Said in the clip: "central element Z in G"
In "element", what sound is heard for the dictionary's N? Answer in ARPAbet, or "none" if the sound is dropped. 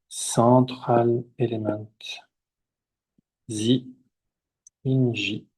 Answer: none